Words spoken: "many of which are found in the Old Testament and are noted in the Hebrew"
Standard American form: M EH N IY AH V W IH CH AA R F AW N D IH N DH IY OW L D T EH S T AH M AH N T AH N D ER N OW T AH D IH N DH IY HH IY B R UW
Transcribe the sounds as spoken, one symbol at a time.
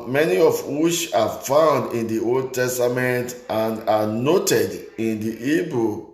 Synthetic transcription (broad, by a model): M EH N IY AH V W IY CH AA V F AW N D IH N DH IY OW L D T EH S T AH M AH N T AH N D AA N OW T AH D IH N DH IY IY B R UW